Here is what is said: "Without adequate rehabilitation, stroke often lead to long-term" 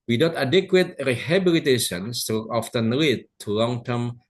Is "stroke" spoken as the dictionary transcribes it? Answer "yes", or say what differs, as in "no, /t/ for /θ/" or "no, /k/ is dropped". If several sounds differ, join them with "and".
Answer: no, /ɹ/ is dropped and /k/ is dropped